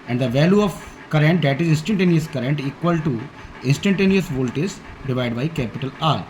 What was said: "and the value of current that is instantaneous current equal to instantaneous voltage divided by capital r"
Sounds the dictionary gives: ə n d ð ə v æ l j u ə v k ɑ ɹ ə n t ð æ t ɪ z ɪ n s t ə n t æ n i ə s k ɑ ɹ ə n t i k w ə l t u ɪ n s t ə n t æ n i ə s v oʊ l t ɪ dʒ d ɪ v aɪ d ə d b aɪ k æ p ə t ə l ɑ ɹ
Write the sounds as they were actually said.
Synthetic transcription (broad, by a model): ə n d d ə v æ l j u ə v k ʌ ɹ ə n t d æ t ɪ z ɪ n s t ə n t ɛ n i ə s k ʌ ɹ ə n t i k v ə l t u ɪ n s t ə n t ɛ n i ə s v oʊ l t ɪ z d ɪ v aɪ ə d b aɪ k æ p ə t ə l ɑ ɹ